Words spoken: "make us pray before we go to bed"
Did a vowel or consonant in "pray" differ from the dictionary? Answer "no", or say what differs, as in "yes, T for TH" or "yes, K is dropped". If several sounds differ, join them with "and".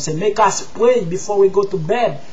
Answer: yes, W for R